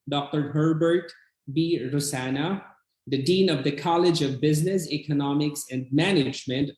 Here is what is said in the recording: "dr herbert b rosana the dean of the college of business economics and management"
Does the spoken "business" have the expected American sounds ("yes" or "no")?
yes